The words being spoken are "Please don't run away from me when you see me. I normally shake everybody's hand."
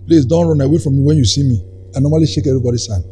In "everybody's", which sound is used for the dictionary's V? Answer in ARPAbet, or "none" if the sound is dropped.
none